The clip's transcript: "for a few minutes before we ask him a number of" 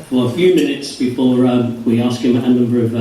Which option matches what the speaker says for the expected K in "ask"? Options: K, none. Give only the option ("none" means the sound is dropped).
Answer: K